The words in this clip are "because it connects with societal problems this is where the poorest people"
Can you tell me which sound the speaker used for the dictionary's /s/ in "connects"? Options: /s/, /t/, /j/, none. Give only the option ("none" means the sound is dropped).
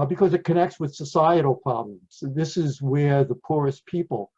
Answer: /s/